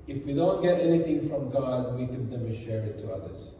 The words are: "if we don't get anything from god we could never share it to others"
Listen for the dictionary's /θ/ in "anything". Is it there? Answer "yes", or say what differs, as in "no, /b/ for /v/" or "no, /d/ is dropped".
no, /t/ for /θ/